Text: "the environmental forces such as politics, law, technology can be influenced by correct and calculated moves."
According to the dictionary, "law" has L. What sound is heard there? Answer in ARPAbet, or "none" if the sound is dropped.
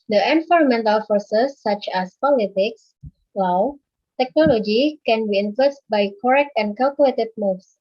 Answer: W